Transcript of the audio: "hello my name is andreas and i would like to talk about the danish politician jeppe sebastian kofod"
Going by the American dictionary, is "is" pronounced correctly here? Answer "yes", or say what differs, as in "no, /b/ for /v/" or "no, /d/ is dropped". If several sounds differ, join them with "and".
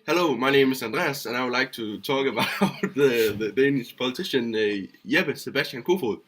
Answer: no, /s/ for /z/